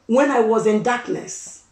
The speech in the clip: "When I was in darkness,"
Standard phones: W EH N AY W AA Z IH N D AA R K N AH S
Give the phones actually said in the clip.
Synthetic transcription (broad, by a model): W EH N AY W AA Z IH N D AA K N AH S